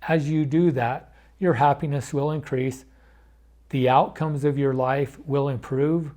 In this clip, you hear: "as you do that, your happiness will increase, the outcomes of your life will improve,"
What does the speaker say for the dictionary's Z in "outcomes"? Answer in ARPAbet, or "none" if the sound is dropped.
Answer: Z